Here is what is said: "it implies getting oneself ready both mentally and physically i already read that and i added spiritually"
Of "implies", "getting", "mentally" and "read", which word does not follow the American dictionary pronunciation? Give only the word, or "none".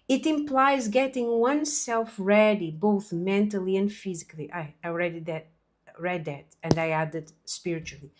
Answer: none